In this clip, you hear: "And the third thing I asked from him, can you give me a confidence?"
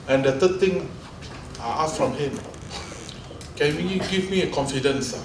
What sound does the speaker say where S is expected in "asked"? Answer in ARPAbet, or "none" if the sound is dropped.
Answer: none